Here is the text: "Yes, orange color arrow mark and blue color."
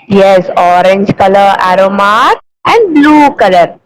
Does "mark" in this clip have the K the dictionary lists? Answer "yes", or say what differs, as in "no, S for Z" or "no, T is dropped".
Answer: no, K is dropped